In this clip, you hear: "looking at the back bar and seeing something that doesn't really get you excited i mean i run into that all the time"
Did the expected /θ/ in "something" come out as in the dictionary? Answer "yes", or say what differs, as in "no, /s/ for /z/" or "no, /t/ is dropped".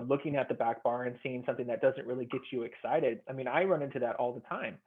yes